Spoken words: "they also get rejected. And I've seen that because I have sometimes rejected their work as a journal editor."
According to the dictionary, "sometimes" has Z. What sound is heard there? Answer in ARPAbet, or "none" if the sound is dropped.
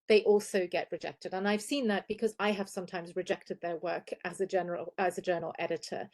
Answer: Z